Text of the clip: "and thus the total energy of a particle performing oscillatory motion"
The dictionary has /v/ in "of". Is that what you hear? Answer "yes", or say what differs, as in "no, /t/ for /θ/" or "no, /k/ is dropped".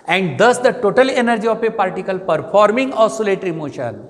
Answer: no, /p/ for /v/